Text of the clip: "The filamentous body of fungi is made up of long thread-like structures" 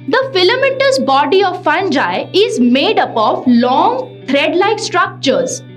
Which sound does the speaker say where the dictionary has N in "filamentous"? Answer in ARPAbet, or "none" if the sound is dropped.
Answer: none